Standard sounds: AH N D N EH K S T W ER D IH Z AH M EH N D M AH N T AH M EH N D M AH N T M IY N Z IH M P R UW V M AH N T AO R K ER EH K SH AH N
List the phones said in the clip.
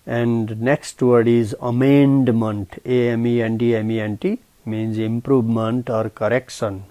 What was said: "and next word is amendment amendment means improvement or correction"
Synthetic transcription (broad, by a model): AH N D N EH K S T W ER D IH Z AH M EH N D M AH N T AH M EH N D M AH N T M IY N Z IH M P R UW V M AH N T AO R K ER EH K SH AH N